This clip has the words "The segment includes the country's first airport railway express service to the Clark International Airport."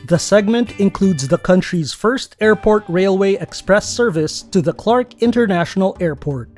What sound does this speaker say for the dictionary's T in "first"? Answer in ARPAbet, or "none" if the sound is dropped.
T